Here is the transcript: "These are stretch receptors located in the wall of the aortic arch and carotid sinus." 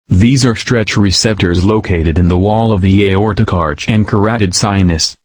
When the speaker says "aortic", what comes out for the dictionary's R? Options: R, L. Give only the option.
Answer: R